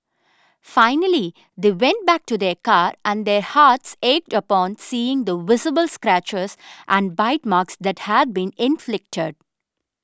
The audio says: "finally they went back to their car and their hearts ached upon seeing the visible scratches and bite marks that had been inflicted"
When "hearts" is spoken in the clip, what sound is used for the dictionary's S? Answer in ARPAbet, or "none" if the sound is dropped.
S